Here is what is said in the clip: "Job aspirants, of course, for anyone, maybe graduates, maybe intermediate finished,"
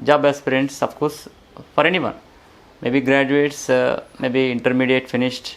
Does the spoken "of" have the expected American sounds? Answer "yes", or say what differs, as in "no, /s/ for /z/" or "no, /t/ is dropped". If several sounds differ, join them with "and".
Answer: no, /p/ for /v/